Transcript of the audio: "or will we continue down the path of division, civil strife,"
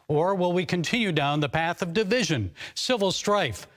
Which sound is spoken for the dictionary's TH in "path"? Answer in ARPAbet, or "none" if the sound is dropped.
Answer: TH